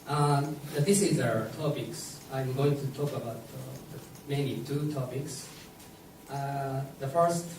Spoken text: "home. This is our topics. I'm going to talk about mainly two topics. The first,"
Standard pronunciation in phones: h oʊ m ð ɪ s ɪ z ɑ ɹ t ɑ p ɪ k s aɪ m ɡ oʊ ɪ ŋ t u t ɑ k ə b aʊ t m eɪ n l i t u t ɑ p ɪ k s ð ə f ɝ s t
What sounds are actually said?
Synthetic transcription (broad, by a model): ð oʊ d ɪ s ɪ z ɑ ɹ t ɑ p ɪ k s aɪ m ɡ oʊ ɪ ŋ t u t ɑ k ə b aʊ t m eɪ n i t u t ɑ p ɪ k s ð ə f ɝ s t